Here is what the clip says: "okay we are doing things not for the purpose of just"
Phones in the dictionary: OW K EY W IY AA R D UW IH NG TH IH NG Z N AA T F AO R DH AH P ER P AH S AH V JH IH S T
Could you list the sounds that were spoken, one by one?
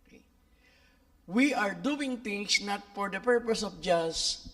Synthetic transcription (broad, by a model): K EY W IY AA R D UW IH NG T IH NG S N AA T F AO R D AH P ER P AH S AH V JH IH S